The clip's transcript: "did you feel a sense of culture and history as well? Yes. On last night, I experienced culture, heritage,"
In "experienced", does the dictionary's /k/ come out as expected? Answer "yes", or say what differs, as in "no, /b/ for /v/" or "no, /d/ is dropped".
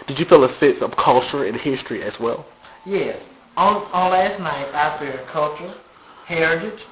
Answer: no, /k/ is dropped